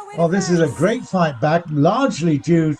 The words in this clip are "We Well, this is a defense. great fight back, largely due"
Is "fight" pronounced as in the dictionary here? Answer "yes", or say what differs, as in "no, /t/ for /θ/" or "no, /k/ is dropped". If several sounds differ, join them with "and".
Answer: yes